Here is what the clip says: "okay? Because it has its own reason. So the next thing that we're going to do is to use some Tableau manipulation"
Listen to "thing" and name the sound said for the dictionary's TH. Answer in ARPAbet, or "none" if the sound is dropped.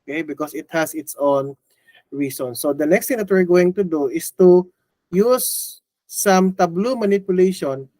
T